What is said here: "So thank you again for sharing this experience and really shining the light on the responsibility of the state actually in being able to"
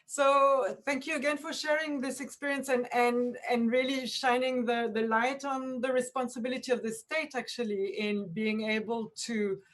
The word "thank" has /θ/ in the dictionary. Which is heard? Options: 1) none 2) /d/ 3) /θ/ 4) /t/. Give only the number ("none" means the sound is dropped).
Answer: 3